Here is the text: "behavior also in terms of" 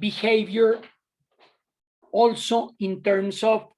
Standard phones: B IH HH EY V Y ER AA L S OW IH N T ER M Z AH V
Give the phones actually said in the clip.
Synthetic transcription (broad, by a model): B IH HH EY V Y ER AA L S OW IH N T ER M S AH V